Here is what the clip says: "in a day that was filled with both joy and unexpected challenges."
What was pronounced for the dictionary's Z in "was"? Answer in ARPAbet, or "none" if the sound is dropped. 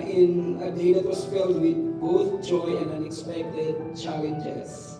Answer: S